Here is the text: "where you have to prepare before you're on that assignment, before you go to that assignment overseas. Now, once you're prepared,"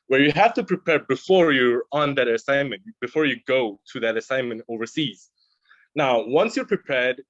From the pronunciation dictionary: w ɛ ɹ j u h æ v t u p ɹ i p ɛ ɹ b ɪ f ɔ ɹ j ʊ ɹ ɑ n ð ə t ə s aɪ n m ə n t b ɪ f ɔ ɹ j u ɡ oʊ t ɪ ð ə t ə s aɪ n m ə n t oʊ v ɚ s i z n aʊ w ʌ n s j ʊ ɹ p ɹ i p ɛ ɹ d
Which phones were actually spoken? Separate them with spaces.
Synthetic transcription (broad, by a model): w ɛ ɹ j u h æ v t u p ɹ i p ɛ ɹ b ɪ f ɔ ɹ j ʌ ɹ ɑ n ð ə t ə s aɪ n m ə n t b ɪ f ɔ ɹ j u ɡ oʊ t ɪ ð ə t ə s aɪ n m ə n t oʊ v ɚ s i z n aʊ w ʌ n s j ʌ ɹ p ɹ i p ɛ ɹ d